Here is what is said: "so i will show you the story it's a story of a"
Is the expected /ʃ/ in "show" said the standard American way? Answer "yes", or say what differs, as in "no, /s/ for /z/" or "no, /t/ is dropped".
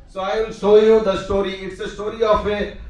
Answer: no, /s/ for /ʃ/